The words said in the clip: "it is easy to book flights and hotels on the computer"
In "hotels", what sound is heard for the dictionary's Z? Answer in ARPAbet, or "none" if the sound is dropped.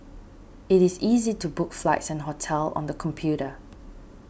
none